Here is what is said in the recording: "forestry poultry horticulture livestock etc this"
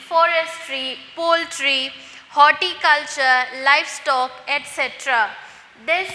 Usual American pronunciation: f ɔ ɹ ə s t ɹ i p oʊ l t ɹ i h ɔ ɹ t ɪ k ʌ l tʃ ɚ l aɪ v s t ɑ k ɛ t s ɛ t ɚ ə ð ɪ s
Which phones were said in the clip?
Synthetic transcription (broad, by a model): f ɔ ɹ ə s t ɹ i p oʊ l t ɹ i h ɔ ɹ t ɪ k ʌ l tʃ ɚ l aɪ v s t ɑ k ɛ t s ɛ t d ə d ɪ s